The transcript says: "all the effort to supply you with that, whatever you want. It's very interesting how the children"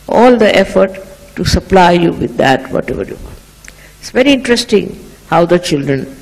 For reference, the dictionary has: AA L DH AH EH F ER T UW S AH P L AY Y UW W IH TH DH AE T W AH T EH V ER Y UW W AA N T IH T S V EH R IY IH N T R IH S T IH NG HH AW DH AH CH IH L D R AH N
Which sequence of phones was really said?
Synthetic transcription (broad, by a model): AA L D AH EH F ER T UW S AH P L AY Y UW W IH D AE T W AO T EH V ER Y UW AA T IH T S V EH R IY IH N T R IH S T IH NG HH AW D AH CH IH L D R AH N